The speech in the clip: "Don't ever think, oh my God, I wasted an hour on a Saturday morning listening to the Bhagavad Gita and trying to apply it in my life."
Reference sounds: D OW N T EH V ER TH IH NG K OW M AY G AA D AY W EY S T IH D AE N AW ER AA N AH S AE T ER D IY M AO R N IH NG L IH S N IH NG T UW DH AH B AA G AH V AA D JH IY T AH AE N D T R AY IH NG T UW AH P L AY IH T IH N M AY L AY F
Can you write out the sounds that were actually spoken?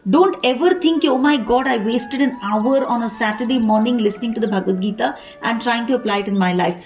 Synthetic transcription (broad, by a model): D OW N T EH V ER T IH NG K OW M AY G AA D AY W EY S T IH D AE N AW ER AA N AH S AE T ER D IY M AO R N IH NG L IH S N IH NG T UW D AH B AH G AH V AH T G IY T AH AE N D T R AY IH NG T UW AH P L AY IH T IH N M AY L AY F